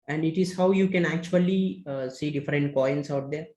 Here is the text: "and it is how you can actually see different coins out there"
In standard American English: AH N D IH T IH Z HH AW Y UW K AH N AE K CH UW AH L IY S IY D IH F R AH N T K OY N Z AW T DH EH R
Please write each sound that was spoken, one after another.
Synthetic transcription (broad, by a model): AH N D IH T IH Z HH AW Y UW K AH N AE K CH UW AH L IY S IY D IH F R AH N T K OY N S AW T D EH R